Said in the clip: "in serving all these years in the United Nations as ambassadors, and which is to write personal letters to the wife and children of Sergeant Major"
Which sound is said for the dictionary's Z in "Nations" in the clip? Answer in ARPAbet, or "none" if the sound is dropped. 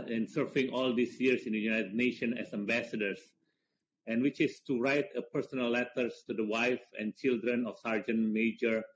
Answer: none